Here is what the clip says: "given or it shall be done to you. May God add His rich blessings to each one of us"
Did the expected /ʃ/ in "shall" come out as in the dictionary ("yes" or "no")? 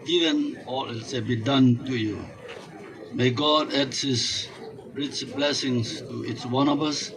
no